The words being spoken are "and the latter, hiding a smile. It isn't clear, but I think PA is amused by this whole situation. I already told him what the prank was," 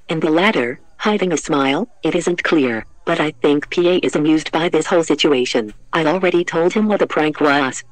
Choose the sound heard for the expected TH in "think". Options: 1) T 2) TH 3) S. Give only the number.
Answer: 2